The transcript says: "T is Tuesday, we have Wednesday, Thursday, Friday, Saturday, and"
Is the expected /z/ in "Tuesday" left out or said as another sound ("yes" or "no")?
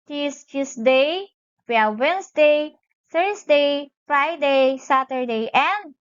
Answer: yes